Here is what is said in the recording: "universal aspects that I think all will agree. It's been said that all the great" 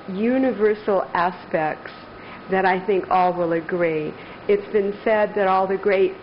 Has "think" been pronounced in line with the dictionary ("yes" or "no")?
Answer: yes